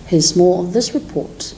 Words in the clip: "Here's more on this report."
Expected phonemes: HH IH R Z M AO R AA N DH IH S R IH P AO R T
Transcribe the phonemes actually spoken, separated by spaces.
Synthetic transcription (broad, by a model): HH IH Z M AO L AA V DH IH S R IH P AO R T